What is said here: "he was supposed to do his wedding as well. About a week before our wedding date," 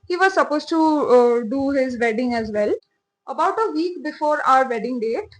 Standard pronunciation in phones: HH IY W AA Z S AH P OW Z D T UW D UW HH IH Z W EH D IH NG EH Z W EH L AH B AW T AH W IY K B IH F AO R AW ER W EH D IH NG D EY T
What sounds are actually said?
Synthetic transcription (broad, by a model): HH IY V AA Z S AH P OW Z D T UW D UW HH IH Z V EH D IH NG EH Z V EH L AH B AW T AH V IY K B IH F AO R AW ER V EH D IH NG D EY T